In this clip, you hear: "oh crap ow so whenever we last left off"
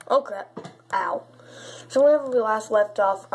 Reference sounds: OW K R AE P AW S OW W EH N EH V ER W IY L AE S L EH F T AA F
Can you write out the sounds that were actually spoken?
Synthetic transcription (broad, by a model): OW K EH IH AW S OW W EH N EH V ER W IY L AE S L EH F T AA F